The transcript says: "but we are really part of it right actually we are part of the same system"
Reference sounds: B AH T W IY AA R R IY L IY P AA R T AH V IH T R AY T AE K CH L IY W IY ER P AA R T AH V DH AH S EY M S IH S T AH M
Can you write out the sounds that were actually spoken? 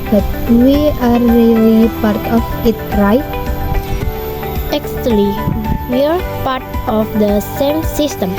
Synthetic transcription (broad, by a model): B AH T W IY AA R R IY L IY P AA R T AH F IH T R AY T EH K S L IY W IY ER P AA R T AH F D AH S EY M S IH S T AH M